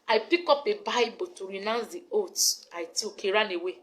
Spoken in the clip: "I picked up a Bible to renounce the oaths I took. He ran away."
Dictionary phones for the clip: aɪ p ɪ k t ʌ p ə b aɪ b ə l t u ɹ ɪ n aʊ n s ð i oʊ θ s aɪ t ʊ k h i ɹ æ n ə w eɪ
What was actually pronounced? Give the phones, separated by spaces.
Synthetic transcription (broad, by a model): aɪ p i k ɔ p ə b aɪ b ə t u ɹ ɪ n aʊ n s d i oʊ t aɪ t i k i ɹ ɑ n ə w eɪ